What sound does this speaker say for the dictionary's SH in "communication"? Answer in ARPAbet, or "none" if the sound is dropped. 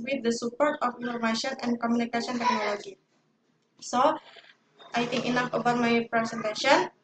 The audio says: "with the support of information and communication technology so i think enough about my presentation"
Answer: S